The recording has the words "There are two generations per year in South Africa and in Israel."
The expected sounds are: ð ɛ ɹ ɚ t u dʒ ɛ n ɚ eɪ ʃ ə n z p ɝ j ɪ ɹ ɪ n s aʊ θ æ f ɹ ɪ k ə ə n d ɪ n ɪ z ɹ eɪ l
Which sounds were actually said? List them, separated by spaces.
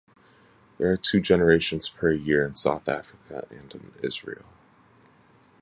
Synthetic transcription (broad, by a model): ð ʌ ɹ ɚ t u dʒ ɛ n ɚ eɪ ʃ ə n z p ɝ j ɪ ɹ ɪ n s aʊ θ æ f ɹ ɪ k ə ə n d ɪ n ɪ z ɹ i l